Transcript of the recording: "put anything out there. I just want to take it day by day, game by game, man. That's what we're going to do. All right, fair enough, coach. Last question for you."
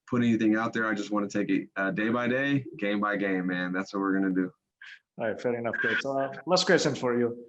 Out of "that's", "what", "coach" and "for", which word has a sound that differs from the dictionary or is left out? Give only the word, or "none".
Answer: coach